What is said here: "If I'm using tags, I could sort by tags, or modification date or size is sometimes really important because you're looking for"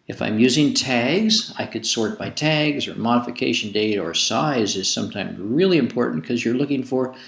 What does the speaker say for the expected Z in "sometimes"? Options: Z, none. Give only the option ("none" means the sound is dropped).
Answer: Z